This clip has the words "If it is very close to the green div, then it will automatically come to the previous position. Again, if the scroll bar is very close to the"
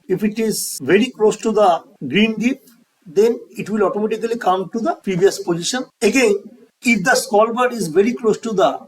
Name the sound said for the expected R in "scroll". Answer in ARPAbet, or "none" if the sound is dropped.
none